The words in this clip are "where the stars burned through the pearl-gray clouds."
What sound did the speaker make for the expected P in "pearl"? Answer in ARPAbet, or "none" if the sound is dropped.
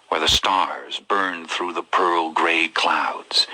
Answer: P